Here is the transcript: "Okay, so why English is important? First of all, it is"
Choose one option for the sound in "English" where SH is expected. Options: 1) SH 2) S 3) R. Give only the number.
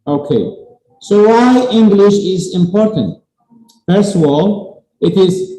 1